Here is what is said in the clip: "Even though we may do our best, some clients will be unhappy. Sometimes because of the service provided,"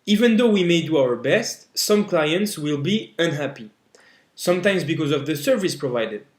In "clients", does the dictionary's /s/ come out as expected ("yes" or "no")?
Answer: yes